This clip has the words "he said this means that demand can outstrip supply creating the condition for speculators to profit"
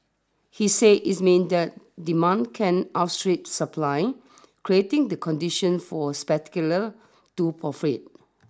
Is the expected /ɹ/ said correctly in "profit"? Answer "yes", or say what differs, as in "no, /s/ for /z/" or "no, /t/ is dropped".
no, /ɹ/ is dropped